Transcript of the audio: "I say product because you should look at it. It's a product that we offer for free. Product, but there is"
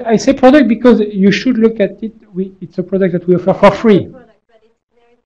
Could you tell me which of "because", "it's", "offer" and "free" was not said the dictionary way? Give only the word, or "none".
none